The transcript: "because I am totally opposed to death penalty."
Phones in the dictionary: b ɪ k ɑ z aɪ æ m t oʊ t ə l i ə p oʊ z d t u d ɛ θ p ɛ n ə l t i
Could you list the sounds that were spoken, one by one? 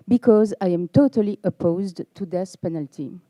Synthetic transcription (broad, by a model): b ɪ k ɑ z aɪ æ m t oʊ t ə l i ə p oʊ z d t u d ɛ s p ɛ n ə l t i